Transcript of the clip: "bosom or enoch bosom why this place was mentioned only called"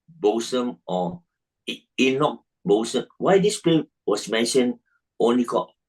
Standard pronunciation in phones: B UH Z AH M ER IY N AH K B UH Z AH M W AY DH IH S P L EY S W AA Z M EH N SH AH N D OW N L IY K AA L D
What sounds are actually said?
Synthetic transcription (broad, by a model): B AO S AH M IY IY N AH K B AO S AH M W AY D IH S P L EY W AA S M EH N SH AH N OW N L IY K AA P